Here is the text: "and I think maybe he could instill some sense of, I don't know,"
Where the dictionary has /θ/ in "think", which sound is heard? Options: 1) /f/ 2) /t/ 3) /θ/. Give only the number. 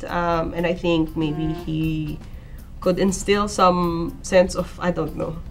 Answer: 3